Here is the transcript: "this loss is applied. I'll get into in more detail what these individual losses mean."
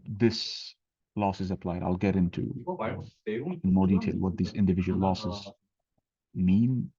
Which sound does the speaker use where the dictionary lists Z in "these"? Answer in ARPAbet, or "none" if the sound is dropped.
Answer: Z